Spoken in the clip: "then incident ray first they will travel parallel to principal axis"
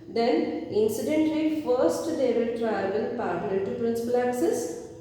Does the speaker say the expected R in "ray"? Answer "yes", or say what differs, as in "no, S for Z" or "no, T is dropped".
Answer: no, L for R